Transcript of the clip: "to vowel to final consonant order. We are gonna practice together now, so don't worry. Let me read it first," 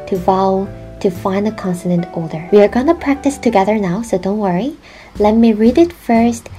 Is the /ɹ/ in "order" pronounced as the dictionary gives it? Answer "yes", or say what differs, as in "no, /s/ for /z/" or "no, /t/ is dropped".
no, /l/ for /ɹ/